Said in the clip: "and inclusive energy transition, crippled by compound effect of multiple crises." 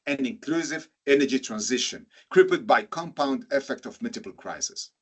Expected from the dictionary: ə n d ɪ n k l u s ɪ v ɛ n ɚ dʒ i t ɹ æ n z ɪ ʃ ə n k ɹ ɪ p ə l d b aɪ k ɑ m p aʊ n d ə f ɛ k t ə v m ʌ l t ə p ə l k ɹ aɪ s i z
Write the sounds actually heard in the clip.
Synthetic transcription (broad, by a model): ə n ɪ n k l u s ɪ v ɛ n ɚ dʒ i t ɹ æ n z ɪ ʃ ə n k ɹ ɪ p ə d b aɪ k ɑ m p aʊ n d ə f ɛ k t ə v m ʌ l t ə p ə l k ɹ aɪ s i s